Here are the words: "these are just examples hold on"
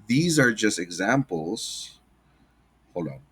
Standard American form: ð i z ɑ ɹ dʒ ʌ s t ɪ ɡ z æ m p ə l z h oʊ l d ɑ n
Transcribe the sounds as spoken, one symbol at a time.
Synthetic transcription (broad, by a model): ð i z ɑ ɹ dʒ ʌ s t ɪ ɡ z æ m p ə l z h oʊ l ɔ